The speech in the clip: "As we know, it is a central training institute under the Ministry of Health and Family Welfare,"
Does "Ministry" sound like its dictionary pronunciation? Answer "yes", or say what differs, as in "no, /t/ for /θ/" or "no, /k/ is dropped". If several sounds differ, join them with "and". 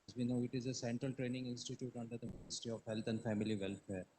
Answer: no, /ɹ/ is dropped